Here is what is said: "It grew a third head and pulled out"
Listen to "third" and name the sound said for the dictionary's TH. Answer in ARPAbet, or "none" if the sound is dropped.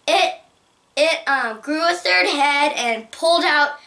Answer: TH